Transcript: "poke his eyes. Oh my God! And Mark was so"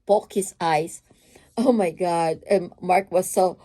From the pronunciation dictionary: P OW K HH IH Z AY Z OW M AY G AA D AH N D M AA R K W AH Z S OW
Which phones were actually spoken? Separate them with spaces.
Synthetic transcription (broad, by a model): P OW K HH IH S AY S OW M AY G AA D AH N M AA R K W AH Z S OW